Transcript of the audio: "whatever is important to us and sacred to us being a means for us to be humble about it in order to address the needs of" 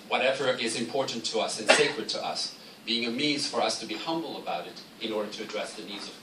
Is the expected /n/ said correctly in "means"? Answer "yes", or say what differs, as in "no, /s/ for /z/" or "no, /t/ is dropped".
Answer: no, /n/ is dropped